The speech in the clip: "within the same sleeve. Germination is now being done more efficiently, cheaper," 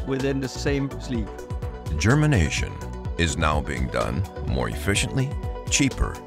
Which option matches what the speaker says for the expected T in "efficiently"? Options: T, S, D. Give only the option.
T